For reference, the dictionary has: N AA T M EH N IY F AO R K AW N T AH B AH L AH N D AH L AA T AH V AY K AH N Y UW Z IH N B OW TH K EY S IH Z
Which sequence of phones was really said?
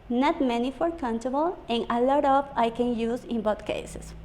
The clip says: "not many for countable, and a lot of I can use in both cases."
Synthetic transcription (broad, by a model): N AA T M EH N IY F AO R K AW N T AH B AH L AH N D AH L AA T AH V AY K AH N Y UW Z IH N B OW T K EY S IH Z